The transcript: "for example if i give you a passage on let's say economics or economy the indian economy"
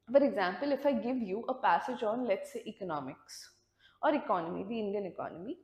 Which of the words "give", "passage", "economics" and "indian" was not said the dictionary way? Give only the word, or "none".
none